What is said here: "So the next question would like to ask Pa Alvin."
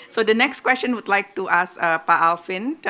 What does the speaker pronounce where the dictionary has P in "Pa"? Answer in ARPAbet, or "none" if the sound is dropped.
P